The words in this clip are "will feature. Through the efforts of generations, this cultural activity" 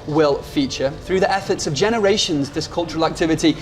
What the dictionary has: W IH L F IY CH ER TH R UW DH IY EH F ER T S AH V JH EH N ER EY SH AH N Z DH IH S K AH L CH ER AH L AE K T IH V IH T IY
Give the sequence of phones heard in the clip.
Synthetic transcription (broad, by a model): W IH L F IY CH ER TH R UW DH IY EH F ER T S AH V JH EH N ER EY SH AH N Z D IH S K AH L CH ER AH L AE K T IH V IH T IY